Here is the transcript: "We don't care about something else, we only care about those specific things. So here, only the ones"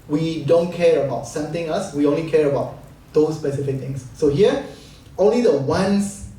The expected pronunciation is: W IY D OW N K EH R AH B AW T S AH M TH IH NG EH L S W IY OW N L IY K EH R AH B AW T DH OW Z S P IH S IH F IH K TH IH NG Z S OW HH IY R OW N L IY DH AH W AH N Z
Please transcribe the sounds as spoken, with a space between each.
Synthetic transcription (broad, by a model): W IY D OW N K EH R AH B AW T S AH M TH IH NG EH L S W IY OW N L IY K EH R AH B AW T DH OW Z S P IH S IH F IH K T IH NG S OW HH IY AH OW N L IY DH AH W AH N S